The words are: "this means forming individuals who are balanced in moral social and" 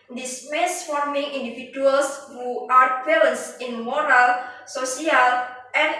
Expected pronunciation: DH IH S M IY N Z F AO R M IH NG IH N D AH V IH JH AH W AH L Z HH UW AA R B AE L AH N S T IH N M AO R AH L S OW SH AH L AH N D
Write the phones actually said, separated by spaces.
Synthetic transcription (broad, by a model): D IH S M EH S F AO R M IH NG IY N D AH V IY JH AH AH L S HH UW AA R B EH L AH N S IH N M AO R AH L S OW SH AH L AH N